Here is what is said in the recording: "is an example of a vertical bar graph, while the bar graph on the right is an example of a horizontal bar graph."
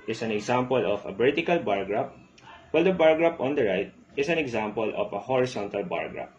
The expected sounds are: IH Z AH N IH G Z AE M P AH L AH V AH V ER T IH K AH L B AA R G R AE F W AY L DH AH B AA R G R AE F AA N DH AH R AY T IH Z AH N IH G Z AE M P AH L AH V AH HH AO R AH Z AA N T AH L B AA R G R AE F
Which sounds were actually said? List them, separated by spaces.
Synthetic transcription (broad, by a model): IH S AH N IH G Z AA M P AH L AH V AH B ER T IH K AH L B AA R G R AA P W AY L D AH B AA R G R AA P AA N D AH R AY T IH S AH N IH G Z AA M P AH L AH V AH HH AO R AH S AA N T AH L B AA R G R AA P